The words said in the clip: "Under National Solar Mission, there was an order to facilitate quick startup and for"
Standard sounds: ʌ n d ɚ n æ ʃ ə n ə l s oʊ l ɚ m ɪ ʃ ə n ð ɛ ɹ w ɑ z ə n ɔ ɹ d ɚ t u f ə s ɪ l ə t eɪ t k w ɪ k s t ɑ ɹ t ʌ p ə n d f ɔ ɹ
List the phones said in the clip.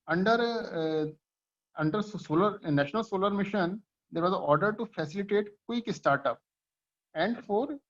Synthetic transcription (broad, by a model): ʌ n d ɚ n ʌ s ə n ə l s oʊ l ɚ m ɪ ʃ ə n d ɛ ɹ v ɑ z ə ɔ ɹ d ɚ t u f ə s ɪ l ə t eɪ t k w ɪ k s t ɑ ɹ t ʌ p ə n d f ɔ ɹ